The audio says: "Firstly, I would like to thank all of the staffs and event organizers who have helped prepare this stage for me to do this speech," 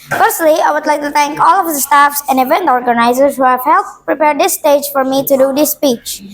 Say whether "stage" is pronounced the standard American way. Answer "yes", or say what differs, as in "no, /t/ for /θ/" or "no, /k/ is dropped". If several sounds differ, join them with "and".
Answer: yes